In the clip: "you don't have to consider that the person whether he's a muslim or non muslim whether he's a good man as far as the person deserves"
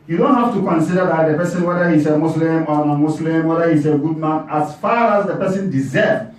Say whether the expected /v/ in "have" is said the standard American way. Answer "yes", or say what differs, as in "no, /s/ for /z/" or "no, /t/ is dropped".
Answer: no, /f/ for /v/